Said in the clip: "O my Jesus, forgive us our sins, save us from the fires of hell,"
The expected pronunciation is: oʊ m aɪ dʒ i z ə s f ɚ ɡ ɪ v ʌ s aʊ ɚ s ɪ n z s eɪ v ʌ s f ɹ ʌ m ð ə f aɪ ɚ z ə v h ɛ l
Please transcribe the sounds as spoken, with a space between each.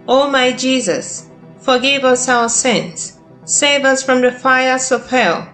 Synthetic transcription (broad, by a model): oʊ m aɪ dʒ i z ə s f ɚ ɡ ɪ v ʌ s aʊ ɚ s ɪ n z s eɪ v ʌ s f ɹ ʌ m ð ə f aɪ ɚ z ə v h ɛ l